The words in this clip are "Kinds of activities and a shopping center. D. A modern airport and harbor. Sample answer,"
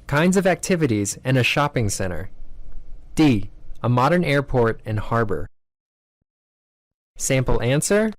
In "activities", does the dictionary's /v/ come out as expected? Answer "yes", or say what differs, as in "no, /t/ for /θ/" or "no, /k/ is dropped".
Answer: yes